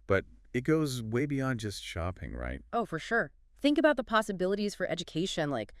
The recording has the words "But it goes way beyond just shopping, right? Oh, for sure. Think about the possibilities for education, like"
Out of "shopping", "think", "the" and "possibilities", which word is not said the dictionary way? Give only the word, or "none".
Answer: none